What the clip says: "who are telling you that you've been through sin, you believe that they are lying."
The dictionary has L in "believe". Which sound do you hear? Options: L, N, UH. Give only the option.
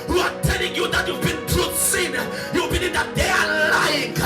N